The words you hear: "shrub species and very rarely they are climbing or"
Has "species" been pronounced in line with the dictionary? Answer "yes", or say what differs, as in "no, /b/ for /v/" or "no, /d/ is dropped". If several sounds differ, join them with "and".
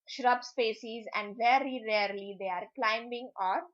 no, /s/ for /ʃ/